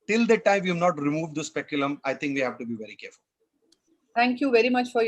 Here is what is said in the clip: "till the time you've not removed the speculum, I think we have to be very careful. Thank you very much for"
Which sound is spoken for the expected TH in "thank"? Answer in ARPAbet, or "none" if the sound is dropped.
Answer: T